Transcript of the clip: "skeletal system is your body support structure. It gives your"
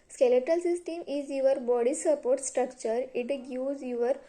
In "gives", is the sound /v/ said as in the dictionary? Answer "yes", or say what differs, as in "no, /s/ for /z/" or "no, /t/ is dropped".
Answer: no, /v/ is dropped